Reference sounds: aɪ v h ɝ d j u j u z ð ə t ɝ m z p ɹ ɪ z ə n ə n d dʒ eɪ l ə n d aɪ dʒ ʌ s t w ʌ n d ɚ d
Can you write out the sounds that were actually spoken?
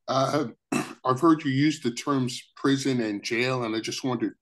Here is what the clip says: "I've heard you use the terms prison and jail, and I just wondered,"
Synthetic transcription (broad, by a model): aɪ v h ɝ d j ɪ j u z ð ə t ɝ m z p ɹ ɪ z ə n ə n dʒ eɪ l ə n aɪ dʒ ʌ s t w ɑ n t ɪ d